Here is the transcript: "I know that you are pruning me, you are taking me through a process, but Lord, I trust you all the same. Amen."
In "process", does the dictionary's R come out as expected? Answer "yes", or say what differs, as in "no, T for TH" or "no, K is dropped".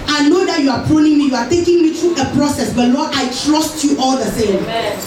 yes